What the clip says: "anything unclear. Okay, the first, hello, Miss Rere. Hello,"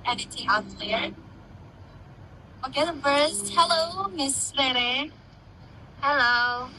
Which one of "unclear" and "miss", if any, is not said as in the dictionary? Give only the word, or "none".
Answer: unclear